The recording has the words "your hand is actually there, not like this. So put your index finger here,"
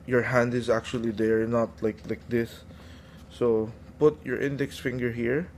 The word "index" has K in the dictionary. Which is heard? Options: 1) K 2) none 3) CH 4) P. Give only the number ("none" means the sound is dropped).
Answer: 1